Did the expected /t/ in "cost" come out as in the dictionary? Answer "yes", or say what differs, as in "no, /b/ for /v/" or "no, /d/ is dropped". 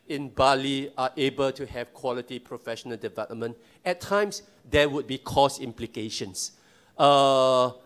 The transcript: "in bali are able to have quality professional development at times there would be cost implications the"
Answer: no, /t/ is dropped